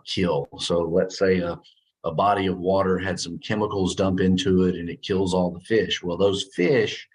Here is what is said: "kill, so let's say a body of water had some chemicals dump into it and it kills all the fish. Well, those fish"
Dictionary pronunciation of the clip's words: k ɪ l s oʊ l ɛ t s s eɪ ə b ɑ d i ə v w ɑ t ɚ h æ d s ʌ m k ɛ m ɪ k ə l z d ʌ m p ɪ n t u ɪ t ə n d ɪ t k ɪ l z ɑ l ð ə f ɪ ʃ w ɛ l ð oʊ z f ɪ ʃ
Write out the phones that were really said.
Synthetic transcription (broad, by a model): k ɪ l s oʊ l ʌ t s s eɪ ə b ɑ d i ə v w ɑ t ɚ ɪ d s ʌ m k ɛ m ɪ k l z d ʌ m p ɪ n t u ɪ t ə n ɪ t k ɪ l z ɑ l ð ə f ɪ ʃ w ɛ l ð oʊ z f ɪ ʃ